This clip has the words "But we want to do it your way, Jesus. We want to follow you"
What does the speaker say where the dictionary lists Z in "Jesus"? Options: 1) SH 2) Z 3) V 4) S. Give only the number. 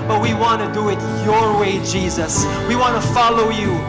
2